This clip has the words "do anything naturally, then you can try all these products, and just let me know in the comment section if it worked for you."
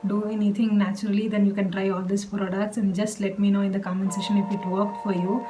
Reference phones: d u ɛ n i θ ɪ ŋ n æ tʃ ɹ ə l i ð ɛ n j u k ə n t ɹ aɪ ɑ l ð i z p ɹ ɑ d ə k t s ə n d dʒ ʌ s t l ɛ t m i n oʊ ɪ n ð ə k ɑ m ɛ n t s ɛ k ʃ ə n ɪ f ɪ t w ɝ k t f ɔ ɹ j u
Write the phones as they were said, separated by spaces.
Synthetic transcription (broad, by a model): d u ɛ n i t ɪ ŋ n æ tʃ ɹ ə l i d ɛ n j u k ə n t ɹ aɪ ɑ l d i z p ɹ ɑ d ə k t s ə n d dʒ ʌ s t l ɛ t m i n oʊ ɪ n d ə k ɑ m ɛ n s ɛ ʃ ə n ɪ f ɪ t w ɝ k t f ɔ ɹ j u